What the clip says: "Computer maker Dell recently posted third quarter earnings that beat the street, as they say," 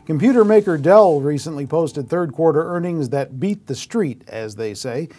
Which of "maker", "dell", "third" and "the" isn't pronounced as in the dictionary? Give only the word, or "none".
none